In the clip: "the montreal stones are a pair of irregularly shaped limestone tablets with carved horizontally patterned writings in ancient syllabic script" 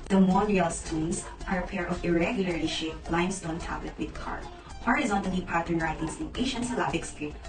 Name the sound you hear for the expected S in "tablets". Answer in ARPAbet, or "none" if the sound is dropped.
none